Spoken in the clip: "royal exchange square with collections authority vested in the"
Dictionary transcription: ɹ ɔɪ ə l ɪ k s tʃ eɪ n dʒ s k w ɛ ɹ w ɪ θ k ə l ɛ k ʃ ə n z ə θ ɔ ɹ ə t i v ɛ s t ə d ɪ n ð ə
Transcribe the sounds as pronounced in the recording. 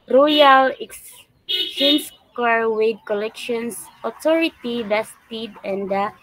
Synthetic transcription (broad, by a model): ɹ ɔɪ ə l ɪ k s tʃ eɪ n s k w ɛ ɹ w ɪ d k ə l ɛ k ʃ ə n s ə t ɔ ɹ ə t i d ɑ s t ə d ɪ n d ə